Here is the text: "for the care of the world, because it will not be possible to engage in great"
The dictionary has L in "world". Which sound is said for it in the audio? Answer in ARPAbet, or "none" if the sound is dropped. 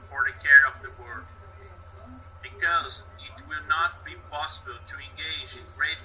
none